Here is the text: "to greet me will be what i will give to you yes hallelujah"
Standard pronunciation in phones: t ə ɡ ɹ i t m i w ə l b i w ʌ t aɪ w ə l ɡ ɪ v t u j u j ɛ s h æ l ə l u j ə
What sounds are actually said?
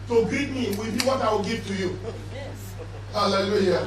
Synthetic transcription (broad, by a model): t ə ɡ i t m i w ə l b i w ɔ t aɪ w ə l ɡ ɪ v t u j u h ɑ l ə l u j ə